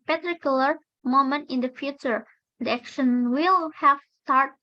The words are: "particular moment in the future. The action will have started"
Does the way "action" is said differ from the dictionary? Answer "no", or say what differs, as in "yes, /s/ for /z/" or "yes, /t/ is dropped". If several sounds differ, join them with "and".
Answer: no